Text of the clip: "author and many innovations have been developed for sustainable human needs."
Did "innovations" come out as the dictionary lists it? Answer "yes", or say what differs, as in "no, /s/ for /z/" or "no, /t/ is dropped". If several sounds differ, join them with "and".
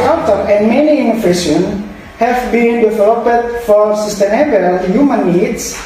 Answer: no, /z/ is dropped